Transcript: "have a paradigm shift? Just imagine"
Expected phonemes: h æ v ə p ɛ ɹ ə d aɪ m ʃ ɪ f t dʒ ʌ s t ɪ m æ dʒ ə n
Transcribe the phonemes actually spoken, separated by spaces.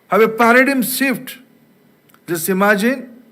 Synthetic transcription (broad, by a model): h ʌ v ə p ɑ ɹ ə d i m s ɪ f t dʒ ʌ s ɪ m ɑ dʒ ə n